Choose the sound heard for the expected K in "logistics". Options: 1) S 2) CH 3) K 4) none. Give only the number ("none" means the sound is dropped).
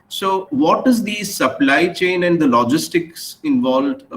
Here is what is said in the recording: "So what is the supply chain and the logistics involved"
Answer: 3